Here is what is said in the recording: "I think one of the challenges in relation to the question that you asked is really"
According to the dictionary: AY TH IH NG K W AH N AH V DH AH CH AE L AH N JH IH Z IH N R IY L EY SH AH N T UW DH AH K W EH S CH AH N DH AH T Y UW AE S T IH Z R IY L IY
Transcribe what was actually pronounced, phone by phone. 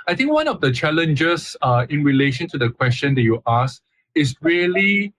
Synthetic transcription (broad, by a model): AY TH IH NG K W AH N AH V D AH CH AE L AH N JH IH S IH N R IY L EY SH AH N T UW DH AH K W EH S CH AH N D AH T Y UW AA S IH S R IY L IY